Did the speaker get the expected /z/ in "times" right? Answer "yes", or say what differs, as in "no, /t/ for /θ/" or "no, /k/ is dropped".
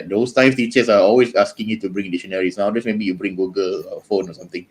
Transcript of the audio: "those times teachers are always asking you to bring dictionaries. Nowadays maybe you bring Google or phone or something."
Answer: no, /z/ is dropped